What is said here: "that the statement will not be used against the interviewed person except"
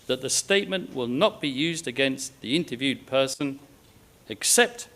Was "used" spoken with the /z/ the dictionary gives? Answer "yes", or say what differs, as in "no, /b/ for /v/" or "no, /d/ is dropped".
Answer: yes